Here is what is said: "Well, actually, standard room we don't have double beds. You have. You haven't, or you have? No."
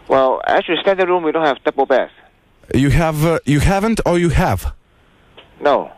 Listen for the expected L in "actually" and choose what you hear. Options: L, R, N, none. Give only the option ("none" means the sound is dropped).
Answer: none